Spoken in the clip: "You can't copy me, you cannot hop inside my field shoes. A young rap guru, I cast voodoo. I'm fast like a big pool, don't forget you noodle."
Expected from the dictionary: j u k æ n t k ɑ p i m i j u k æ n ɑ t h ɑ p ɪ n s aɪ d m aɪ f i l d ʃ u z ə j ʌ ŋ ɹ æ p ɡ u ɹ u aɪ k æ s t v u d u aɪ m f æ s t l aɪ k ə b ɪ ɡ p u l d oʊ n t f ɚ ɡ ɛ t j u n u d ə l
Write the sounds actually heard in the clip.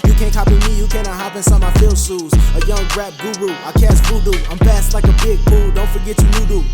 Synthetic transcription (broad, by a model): j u k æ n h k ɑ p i m i j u k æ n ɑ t h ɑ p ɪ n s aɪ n m aɪ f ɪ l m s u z ə j ʌ ŋ ɹ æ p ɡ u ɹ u aɪ k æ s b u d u aɪ m p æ s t l aɪ k ə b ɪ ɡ p u l d oʊ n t f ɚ ɡ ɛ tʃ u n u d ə